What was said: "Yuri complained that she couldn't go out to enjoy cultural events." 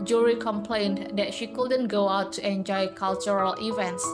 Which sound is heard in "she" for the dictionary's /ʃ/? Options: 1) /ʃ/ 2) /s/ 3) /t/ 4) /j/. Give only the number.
1